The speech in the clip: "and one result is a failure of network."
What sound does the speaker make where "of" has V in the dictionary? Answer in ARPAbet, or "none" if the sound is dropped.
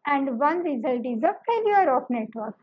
P